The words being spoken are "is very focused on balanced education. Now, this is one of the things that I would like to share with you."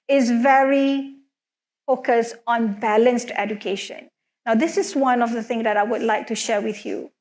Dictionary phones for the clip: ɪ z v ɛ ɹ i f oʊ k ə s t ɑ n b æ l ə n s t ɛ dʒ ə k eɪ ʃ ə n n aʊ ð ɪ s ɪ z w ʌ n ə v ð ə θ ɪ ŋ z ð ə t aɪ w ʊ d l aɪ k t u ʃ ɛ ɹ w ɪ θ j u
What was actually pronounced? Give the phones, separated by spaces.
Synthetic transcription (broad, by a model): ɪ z v ɛ ɹ i f oʊ k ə s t ɑ n b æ l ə n s t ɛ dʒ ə k eɪ ʃ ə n n aʊ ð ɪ s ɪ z w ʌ n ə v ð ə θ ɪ ŋ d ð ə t aɪ w ʊ d l aɪ k t u ʃ ɛ w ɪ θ j u